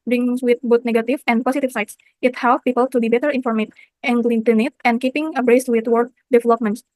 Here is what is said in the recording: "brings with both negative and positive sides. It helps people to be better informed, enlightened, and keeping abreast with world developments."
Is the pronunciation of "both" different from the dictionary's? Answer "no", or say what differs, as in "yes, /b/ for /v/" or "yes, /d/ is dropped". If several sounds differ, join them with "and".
yes, /t/ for /θ/